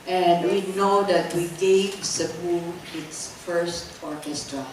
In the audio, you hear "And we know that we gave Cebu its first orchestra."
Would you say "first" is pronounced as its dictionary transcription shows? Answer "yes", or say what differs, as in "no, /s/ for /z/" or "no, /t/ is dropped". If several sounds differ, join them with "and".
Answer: yes